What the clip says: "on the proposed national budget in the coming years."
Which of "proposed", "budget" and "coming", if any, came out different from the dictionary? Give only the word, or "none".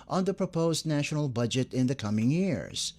none